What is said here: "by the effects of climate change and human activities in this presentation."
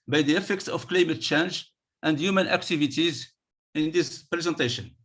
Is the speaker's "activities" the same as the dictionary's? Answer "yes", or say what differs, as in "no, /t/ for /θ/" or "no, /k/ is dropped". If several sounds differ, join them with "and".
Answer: yes